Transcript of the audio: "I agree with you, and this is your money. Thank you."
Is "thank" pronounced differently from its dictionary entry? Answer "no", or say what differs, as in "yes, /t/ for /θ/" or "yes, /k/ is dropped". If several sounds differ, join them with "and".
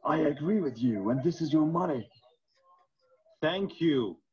no